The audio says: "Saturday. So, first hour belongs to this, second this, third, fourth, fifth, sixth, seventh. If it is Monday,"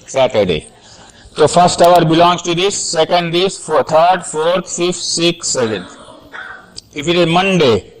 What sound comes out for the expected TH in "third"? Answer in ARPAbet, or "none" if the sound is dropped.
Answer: T